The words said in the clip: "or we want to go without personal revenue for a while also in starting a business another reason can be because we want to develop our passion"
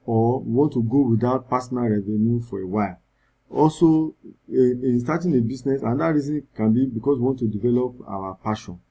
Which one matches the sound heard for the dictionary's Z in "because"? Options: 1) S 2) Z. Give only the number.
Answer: 1